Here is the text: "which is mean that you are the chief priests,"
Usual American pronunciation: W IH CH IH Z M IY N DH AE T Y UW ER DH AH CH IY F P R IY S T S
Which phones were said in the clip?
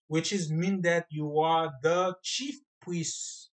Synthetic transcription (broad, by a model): W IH CH IH Z M IY N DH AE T Y UW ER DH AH CH IY F P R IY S S